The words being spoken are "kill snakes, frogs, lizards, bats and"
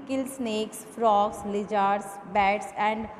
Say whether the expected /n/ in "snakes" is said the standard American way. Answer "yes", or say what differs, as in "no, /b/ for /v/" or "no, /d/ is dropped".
yes